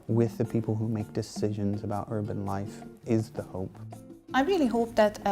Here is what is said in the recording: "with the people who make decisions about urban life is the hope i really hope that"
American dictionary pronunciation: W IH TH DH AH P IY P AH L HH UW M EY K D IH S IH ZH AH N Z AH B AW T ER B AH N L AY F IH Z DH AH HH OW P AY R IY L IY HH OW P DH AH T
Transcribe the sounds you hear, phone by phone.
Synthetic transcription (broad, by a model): W IH DH AH P IY P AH L HH UW M EY K D IH S IH ZH AH N Z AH B AW T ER B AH N L AY F IH Z DH AH HH OW P AY R IY L IY HH OW P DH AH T